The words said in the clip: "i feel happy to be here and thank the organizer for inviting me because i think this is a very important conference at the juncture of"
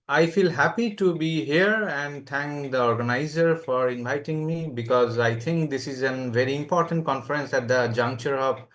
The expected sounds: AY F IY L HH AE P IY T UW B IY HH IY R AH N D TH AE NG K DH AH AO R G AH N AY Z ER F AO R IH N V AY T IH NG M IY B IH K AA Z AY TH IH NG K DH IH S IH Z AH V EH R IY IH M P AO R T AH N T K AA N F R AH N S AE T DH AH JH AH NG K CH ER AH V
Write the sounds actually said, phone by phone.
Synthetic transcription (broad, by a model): AY F IY L HH AE P IY T UW B IY HH IY R AH N D T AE NG K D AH AO R G AH N AY Z ER F AO R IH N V AY T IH NG M IY B IH K AA Z AY T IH NG K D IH S IH Z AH V EH R IY IH M P AO R T AH N T K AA N F R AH N S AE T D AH JH AH NG K CH ER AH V